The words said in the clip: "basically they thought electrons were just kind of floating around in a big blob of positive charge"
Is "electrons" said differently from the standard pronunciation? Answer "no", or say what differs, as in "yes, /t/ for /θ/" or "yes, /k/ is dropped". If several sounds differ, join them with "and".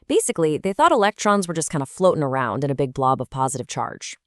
no